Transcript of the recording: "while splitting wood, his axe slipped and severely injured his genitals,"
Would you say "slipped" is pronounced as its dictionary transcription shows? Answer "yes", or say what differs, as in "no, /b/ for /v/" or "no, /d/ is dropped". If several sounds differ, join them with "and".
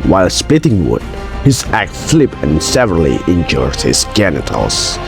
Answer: no, /t/ is dropped